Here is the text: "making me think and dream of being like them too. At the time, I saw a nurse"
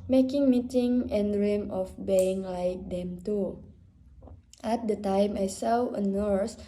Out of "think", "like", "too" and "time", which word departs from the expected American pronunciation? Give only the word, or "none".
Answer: think